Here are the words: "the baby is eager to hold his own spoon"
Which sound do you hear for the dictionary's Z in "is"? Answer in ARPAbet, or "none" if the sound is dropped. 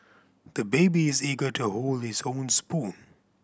Z